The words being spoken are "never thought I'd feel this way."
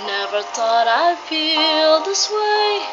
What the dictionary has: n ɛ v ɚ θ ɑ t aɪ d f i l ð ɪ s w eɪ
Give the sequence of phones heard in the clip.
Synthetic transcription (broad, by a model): n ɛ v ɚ t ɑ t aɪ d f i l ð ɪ s w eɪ